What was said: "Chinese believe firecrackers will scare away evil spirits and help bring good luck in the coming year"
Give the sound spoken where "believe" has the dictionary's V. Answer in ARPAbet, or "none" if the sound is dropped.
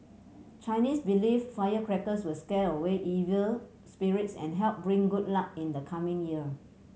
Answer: F